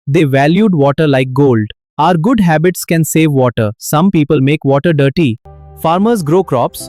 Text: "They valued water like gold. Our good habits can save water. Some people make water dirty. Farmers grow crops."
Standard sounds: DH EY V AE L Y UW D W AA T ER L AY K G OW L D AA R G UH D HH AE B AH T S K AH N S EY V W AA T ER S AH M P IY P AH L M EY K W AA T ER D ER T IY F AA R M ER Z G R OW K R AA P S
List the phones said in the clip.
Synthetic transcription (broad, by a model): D EY V AE L Y UW D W AA T ER L AY K G OW L D AA R G UH D HH AE B AH T S K AH N S EY V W AA T ER S AH M P IY P AH L M EY K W AA T ER D ER T IY F AA R M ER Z G R OW K R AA P S